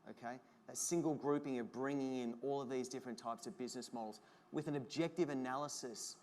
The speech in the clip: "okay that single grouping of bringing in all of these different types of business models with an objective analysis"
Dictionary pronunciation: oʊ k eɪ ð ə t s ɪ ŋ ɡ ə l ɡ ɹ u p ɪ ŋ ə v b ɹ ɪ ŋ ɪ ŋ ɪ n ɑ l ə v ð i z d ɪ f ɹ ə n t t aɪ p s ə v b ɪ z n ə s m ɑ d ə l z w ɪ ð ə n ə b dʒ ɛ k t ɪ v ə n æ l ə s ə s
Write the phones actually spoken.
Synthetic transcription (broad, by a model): oʊ k eɪ ð ə t s ɪ ŋ ɡ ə l ɡ ɹ u p ɪ ŋ ə v b ɹ ɪ ŋ ɪ ŋ ɪ n ɑ l ə v ð i z d ɪ f ɹ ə n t t aɪ p s ə v b ɪ z n ə s m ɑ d l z w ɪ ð ə n ə b dʒ ɛ k t ɪ v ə n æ l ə s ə s